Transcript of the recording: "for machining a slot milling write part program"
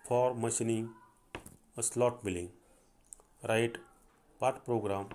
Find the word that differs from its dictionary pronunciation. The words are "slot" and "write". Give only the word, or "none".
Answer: none